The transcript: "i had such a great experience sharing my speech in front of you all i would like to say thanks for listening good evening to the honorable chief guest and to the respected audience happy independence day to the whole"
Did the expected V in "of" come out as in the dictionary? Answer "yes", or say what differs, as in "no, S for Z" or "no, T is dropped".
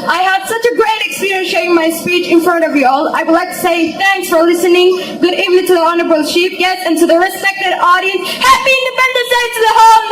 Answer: yes